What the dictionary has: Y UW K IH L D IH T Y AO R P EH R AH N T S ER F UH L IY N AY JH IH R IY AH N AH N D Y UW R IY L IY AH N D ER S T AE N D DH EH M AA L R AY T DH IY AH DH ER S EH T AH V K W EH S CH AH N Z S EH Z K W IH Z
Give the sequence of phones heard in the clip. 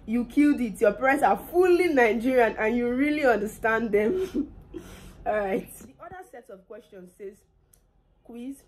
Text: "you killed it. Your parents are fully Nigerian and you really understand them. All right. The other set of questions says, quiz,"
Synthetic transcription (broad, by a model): Y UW K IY L D IH T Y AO P R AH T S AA F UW L IY N AY JH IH R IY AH N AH N Y UW R IY L IY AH N D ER S T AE N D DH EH M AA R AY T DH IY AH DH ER S EH T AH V K W EH S CH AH N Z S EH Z K W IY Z